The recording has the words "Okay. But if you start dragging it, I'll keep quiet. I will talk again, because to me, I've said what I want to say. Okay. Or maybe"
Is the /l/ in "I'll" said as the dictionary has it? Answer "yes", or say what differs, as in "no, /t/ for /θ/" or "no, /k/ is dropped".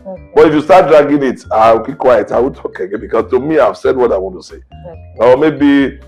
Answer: no, /w/ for /l/